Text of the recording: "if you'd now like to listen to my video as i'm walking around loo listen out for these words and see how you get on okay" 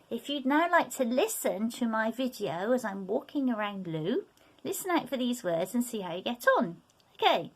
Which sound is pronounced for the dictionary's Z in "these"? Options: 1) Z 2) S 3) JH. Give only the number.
1